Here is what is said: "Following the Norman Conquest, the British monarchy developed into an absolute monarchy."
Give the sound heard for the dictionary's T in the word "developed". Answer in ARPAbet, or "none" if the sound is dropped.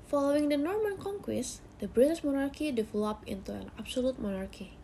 none